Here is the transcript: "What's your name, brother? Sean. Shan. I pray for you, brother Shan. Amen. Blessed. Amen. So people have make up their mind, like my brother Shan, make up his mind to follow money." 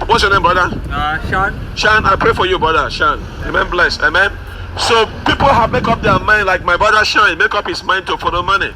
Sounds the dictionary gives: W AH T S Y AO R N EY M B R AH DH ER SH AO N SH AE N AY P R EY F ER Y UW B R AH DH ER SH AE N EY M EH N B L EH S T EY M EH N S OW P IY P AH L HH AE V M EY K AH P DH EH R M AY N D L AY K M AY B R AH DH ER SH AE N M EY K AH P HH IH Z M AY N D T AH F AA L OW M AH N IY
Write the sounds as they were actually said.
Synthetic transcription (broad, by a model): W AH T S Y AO N EY M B R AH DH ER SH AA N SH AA N AY P R EY F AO Y UW B R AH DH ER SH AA N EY M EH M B L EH S EY M EH N S OW P IY P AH L HH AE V M EY K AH P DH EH M AY N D L AY K M AY B R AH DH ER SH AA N M EY K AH P HH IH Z M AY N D T AH F AA L OW M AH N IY